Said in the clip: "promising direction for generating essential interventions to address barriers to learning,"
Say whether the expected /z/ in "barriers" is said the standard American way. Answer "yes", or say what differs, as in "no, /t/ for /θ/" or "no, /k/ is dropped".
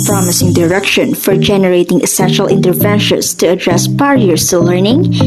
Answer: no, /s/ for /z/